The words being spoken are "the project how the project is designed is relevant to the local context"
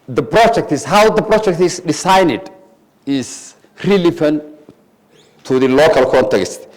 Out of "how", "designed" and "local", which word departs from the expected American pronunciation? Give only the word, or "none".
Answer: designed